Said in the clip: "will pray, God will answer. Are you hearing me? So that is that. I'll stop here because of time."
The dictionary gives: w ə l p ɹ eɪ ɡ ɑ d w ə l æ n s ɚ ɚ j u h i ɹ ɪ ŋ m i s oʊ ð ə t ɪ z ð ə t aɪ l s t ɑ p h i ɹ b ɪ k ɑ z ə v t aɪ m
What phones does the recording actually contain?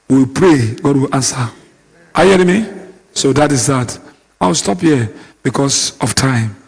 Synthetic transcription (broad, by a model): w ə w p ɹ eɪ ɡ ɑ d w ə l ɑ n s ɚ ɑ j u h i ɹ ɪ m i s oʊ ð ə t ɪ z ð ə t aɪ w s t ɑ p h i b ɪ k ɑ s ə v t aɪ m